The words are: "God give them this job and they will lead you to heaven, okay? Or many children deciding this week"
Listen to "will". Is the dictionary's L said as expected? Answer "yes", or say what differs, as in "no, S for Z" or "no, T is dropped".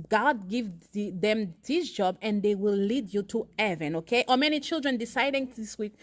yes